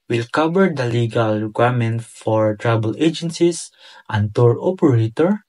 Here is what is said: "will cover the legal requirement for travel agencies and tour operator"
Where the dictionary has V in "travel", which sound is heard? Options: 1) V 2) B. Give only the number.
2